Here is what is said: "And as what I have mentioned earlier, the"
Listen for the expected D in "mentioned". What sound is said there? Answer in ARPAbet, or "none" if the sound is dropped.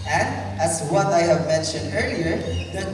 D